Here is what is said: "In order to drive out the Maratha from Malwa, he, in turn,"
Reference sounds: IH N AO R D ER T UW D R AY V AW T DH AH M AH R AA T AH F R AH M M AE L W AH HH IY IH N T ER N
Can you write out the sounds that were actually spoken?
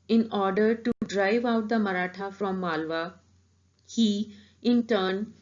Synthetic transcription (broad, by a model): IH N AO R D ER T UW D R AY V AW T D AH M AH R AA T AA F R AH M M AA L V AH HH IY IH N T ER N